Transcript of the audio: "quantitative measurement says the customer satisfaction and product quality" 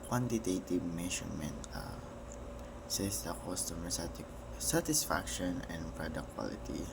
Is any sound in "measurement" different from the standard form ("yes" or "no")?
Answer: yes